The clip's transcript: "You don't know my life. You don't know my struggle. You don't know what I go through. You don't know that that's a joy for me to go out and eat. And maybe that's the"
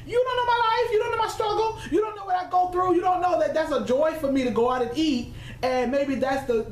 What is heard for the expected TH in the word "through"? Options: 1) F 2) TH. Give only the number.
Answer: 2